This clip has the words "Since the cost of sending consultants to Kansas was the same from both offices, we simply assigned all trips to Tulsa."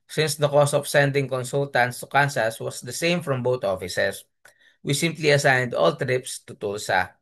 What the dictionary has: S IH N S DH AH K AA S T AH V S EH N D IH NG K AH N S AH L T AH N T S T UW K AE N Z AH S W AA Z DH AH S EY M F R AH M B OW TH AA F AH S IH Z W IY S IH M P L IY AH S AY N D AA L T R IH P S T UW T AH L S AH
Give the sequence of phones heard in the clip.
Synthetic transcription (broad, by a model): S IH N S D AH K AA S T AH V S EH N D IH NG K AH N S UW L T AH N T S T UW K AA N S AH S W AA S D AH S EY M F R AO M B OW T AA F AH S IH S W IY S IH M P L IY AH S AY N D AA L T R IH P S T UW T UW L S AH